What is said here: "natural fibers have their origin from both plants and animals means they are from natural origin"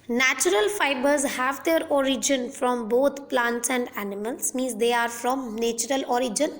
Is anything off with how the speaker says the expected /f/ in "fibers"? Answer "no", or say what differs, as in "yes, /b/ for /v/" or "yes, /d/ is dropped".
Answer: no